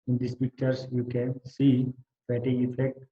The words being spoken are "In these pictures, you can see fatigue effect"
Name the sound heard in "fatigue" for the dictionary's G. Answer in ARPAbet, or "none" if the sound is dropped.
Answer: none